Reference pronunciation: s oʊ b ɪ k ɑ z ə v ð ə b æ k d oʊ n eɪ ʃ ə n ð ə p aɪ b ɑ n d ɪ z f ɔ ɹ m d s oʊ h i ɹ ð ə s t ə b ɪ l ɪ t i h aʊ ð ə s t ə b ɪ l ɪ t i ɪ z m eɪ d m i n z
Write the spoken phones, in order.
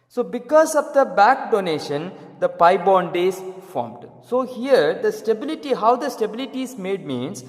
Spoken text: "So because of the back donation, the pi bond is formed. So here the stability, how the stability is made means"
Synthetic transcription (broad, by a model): s oʊ b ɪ k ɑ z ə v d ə b æ k d oʊ n eɪ ʃ ə n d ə p aɪ b ɑ n d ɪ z f ɔ ɹ m d s oʊ h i ɹ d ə s t ə b ɪ l ɪ t i h aʊ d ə s t ə b ɪ l ɪ t i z m eɪ d m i n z